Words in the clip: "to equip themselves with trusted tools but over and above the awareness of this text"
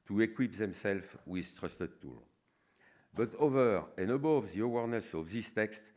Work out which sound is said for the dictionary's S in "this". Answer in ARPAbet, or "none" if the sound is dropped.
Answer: S